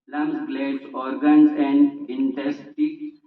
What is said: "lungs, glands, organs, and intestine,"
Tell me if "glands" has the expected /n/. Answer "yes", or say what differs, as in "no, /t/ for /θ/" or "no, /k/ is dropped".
no, /n/ is dropped